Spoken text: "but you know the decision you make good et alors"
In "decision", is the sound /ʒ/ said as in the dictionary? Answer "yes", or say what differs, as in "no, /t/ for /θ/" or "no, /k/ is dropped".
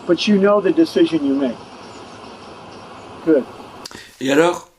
yes